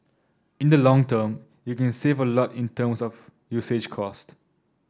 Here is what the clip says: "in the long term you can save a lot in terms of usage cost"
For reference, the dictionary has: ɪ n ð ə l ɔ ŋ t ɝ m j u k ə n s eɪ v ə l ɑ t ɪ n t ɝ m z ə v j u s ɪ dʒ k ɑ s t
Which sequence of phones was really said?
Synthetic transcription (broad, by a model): ɪ n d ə l ɔ ŋ t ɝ m j u k ə n s eɪ v ə l ɑ t ɪ n t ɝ m s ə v j u s ɪ dʒ k ɑ s t